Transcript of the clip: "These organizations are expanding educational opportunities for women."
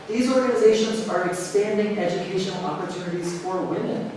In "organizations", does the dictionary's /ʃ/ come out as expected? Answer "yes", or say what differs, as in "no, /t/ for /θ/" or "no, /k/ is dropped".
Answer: yes